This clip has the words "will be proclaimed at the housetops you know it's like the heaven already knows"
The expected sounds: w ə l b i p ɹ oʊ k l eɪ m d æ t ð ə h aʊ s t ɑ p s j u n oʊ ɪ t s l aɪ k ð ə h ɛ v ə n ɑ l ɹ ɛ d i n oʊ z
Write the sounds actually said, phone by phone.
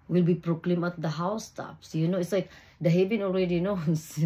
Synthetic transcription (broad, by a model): w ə l b i p ɹ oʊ k l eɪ m ɑ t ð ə h aʊ s t ɑ p s j u n oʊ ɪ t s l aɪ k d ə h ɛ v ə n ɑ l ɹ ɛ d i n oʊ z